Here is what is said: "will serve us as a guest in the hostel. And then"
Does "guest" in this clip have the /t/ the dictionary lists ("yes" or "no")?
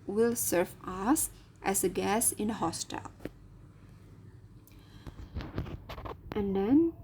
no